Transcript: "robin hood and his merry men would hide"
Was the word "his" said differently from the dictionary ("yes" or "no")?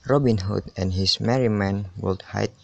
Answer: yes